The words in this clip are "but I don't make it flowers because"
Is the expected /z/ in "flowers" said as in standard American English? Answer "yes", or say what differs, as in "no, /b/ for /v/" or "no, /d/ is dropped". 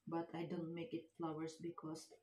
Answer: no, /s/ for /z/